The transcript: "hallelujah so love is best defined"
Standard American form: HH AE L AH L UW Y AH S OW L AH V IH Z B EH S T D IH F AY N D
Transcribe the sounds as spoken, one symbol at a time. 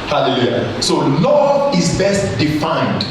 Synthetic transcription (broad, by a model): HH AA L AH L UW Y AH S OW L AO IH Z B EH S T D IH F AY N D